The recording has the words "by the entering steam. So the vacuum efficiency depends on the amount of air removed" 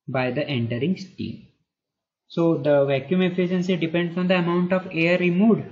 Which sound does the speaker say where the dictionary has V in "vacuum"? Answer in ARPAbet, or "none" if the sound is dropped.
V